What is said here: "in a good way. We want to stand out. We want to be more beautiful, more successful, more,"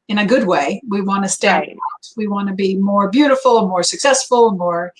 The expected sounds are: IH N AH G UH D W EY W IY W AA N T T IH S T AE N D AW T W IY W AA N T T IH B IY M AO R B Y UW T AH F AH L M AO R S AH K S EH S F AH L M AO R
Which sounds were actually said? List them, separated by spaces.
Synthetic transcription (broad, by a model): IH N AH G UH D W EY W IY W AA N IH S T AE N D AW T W IY W AA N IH B IY M AO R B Y UW T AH F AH N M AO R S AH K S EH S F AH N M AO R